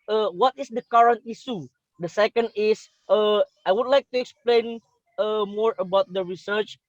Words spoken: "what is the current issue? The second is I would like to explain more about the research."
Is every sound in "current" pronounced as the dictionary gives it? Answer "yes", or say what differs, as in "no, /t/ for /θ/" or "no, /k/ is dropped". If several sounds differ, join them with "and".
yes